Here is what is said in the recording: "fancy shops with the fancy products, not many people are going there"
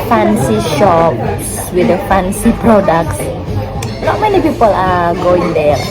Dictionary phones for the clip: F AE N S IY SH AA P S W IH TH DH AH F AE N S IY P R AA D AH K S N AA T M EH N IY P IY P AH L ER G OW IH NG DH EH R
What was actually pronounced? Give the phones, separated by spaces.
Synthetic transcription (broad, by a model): F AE N S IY SH AA P S W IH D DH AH F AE N S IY P R AA D AH K S N AA T M EH N IY P IY P AH L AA G OW IH NG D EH